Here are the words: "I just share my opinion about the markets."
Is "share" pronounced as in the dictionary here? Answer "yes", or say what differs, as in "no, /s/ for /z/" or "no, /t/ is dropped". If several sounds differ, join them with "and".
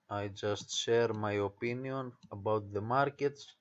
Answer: yes